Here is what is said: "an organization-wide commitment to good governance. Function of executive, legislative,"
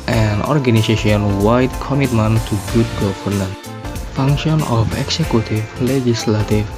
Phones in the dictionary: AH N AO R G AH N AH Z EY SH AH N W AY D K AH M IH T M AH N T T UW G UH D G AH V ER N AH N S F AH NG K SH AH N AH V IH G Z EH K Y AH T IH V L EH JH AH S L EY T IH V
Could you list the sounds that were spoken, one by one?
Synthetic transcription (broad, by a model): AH N AO R G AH N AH S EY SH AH N W AY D K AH M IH T M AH N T T UW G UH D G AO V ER N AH N F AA NG K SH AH N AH F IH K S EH K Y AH T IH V L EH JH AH S L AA T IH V